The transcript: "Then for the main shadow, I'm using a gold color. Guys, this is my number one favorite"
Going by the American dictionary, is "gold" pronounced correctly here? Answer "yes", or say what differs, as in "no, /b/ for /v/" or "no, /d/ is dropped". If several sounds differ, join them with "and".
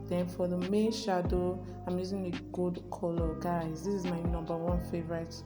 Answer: no, /l/ is dropped